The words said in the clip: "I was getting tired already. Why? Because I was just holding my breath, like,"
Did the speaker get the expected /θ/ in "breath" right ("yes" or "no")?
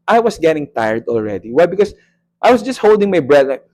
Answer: no